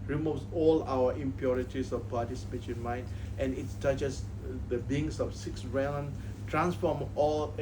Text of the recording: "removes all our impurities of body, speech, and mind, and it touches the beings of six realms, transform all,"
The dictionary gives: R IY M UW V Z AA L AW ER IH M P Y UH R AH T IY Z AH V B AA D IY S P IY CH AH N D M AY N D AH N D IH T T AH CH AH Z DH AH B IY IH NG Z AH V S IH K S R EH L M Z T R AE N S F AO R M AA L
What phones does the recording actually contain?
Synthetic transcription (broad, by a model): R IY M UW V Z AA L AW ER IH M P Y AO R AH T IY S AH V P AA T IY S P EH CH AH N M AY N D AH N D IH T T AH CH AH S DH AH B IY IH NG S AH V S IH K S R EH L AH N T R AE N S F AO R M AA L